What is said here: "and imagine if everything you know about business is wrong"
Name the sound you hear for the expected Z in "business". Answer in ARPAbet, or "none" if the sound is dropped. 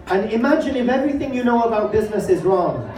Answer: Z